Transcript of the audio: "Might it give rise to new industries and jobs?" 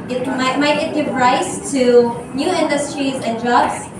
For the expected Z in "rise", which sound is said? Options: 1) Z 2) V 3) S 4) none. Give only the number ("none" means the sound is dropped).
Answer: 3